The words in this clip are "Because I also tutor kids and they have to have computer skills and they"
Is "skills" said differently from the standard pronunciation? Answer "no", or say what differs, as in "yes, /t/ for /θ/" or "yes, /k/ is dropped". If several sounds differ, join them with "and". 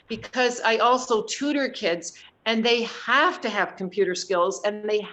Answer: no